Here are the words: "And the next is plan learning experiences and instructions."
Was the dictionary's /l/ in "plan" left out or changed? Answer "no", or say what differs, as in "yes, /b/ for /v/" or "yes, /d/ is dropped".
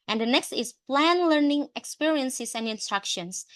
no